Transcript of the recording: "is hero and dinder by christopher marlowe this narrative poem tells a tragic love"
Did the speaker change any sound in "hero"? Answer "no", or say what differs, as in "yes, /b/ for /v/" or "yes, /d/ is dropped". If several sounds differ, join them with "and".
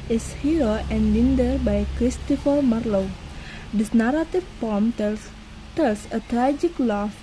yes, /ɹ/ is dropped